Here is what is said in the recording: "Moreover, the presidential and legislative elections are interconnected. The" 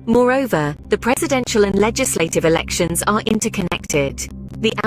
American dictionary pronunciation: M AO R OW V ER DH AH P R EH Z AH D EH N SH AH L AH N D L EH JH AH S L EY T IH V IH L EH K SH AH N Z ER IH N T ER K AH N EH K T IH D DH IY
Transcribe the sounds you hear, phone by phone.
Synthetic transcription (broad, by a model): M AO R OW V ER DH AH P R EH Z AH D EH N SH AH L AH N L EH JH AH S L EY T IH V IH L EH K SH AH N Z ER IH N T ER K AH N EH K T IH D DH IY